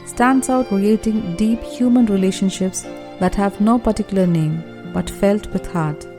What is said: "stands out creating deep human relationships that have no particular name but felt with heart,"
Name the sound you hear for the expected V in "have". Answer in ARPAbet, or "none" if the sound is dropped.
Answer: V